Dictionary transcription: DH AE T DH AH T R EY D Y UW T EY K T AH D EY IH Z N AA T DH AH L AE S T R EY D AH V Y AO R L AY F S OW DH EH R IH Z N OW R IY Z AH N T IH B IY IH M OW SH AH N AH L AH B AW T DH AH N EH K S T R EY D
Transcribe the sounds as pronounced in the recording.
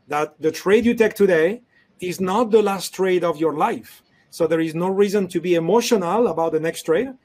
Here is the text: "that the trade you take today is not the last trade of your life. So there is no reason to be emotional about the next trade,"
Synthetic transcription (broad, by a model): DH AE T DH AH T R EY D Y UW T EY K T AH D EY IH Z N AA T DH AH L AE S T R EY D AH V Y AO R L AY F S OW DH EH R IH Z N OW R IY Z AH N T IH B IY IH M OW SH AH N AH L AH B AW T DH AH N EH K S T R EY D